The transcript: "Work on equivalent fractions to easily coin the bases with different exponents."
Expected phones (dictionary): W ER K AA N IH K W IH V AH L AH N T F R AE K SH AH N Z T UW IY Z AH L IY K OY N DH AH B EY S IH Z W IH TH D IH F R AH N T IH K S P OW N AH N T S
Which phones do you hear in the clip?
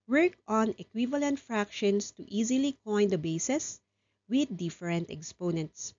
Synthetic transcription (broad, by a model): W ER K AA N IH K W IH V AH L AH N T F R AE K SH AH N S T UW IY Z AH L IY K OY N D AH B EY S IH S W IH D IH F R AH N T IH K S P OW N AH N T S